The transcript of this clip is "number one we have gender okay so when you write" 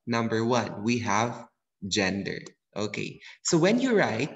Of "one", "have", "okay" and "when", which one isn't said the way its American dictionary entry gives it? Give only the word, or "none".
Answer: none